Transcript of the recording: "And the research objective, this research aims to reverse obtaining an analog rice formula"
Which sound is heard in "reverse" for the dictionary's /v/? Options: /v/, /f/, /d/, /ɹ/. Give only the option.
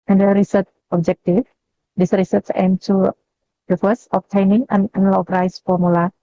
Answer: /f/